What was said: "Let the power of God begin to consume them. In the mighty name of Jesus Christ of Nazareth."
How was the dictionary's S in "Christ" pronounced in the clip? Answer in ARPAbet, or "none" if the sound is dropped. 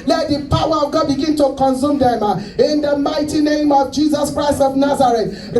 S